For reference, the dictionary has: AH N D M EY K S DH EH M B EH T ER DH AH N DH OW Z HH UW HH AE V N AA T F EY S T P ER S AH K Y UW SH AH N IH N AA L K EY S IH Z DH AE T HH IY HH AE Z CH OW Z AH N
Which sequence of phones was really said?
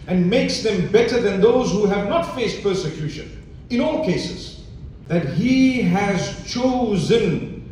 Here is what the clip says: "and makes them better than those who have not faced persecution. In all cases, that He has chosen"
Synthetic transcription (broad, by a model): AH N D M EY K S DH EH M B EH T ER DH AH N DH OW Z HH UW HH AE V N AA T F EY S T P ER S AH K Y UW SH AH N IH N AA L K EY S IH Z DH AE T HH IY HH AE Z CH OW Z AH N